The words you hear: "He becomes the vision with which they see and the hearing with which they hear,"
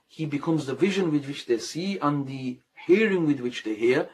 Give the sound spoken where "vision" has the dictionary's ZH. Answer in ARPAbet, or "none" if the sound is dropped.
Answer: ZH